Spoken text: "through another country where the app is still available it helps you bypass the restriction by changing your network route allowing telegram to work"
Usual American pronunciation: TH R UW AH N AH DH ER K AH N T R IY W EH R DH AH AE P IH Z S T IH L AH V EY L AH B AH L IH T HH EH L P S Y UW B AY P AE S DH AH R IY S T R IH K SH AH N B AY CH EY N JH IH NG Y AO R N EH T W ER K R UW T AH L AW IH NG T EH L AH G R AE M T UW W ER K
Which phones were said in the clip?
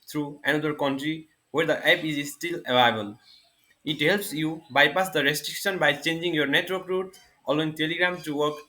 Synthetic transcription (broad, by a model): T R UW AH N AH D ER K AH N T R IY W EH R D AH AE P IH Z S T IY L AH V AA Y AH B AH L IH T HH EH L P S Y UW B AY P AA S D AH R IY S T R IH K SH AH N B AY CH EY N JH IH NG Y AO R N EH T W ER K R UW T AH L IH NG T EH L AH G R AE M T UW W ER K